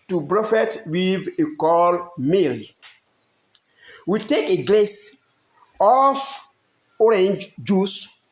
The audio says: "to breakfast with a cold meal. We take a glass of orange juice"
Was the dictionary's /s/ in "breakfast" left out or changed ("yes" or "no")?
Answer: yes